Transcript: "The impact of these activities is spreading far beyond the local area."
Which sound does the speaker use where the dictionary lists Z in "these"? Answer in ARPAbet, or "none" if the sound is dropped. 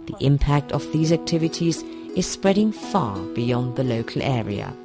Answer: Z